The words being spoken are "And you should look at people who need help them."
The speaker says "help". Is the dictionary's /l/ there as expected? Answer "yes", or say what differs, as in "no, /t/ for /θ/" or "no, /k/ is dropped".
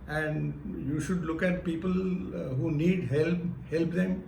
yes